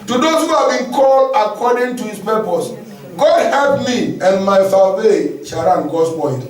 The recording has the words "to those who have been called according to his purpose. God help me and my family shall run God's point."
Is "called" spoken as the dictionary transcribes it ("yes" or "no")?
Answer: no